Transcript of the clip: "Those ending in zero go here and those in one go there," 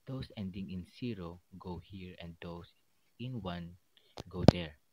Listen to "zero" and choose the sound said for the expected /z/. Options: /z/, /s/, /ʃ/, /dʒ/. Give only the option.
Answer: /s/